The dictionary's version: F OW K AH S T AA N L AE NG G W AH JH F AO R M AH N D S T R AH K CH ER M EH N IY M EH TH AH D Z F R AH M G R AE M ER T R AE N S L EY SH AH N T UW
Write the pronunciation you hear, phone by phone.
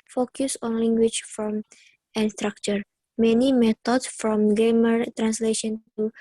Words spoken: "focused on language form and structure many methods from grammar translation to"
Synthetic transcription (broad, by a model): F OW K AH S AA N L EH NG G W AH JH F AO M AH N S T R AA K CH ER M EH N IY M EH T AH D S F R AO M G EH M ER T R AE N S L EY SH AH N T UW